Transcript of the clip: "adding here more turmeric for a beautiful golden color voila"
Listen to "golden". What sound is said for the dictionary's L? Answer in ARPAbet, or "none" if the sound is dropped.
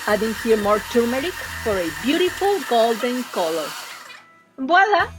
L